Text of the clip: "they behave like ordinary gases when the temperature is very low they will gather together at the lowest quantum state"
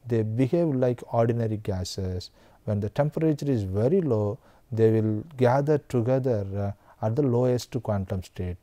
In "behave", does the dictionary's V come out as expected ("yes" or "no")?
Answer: yes